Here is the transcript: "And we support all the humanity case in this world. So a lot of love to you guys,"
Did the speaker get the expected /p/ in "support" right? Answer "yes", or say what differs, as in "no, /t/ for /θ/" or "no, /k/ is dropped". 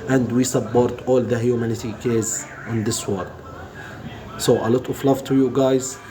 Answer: no, /b/ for /p/